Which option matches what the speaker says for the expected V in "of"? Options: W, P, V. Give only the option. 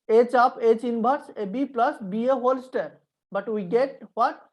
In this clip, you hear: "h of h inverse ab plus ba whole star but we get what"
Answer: P